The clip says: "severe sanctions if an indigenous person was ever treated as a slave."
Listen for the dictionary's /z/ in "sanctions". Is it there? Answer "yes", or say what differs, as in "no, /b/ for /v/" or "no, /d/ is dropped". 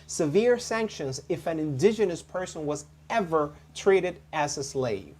yes